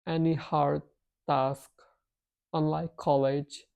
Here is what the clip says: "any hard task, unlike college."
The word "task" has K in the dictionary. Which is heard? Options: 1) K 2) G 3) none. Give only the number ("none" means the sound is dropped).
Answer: 1